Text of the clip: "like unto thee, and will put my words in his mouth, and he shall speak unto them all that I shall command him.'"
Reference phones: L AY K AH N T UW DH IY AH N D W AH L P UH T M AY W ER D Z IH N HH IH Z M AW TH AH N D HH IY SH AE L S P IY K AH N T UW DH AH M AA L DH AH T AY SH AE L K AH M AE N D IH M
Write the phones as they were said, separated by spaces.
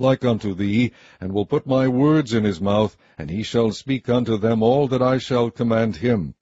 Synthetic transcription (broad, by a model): L AY K AH N T UW DH IY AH N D W AH L P UH T M AY W ER D Z IH N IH Z M AW TH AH N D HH IY SH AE L S P IY K AH N T UW DH AH M AA L DH AH T AY SH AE L K AH M AE N D IH M